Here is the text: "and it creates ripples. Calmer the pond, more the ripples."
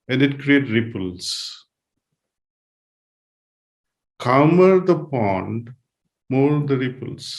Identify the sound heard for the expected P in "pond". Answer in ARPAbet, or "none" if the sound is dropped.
P